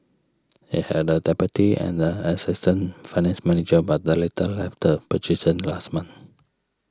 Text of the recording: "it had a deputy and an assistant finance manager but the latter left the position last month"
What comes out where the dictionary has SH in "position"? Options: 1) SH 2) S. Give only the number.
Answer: 2